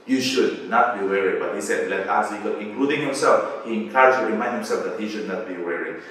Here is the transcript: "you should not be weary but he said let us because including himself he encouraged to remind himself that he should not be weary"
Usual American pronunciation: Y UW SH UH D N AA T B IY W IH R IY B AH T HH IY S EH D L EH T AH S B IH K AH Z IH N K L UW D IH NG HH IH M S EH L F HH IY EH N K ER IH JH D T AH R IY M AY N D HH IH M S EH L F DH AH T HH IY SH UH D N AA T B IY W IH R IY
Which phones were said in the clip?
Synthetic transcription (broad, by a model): Y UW SH UH D N AA T B IY W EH R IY B AH T HH IY S EH D L EH T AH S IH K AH IH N K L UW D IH NG HH IH M S EH L F HH IY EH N K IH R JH T AH R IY M AY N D HH IH M S EH L F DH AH T HH IY SH UH D N AA T B IY W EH R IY